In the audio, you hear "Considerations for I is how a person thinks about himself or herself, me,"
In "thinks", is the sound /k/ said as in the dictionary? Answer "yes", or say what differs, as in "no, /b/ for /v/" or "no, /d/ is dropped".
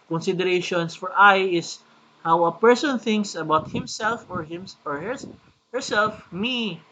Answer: yes